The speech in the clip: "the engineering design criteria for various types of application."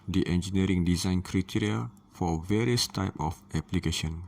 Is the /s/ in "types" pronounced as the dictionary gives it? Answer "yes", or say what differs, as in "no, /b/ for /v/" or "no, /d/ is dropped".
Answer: no, /s/ is dropped